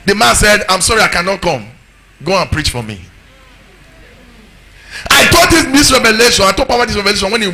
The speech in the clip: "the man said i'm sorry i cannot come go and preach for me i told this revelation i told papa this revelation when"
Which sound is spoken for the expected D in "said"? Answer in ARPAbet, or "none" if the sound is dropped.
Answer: D